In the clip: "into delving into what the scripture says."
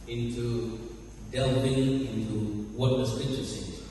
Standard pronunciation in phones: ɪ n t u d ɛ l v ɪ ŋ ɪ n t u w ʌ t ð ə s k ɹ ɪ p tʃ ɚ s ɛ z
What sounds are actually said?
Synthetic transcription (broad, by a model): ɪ n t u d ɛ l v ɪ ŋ ɪ n t u w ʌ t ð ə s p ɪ tʃ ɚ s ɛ